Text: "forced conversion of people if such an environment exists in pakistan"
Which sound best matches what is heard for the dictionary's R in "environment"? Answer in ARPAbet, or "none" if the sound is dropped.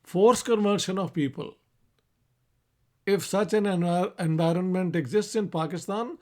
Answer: R